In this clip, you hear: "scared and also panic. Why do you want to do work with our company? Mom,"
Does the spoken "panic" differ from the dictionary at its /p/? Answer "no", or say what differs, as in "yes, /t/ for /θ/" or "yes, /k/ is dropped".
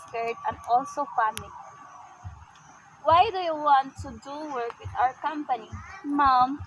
yes, /f/ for /p/